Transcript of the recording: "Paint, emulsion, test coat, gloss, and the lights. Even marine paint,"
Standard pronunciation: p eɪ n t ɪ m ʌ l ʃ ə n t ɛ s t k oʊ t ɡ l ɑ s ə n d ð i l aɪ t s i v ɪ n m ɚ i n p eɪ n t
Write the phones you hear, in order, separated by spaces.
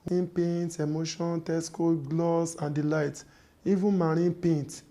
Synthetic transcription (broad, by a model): p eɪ n t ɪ m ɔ ʃ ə n t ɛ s k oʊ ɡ l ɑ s ə n d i l aɪ t i v ɪ n m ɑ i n p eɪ n t